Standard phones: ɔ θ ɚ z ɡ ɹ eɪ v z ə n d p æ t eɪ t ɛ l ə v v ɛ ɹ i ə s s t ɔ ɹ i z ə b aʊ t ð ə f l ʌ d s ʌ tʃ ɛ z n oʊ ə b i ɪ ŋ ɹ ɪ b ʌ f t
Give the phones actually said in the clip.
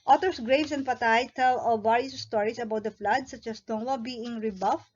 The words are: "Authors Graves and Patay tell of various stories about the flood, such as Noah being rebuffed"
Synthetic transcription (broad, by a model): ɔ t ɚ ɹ ɡ ɹ eɪ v s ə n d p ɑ t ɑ t ɛ l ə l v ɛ ɹ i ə s s t ɔ ɹ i s ə b aʊ t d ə f l ʌ d s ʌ tʃ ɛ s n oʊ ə b i ɪ ŋ ɹ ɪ b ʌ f